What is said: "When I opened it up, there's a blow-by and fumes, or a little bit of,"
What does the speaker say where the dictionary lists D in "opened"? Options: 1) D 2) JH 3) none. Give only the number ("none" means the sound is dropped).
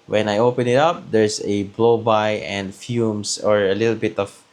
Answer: 3